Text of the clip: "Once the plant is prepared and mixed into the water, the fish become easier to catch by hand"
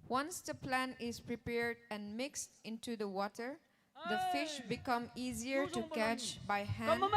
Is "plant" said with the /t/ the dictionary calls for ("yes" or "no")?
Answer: no